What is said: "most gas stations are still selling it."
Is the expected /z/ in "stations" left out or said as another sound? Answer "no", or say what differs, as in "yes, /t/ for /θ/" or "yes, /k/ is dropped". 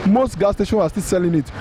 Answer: yes, /z/ is dropped